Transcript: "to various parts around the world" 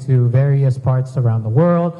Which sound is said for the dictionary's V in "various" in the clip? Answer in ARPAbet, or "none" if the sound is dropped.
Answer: V